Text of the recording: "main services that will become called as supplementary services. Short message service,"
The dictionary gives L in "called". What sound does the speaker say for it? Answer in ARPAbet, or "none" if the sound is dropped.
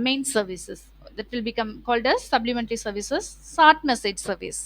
L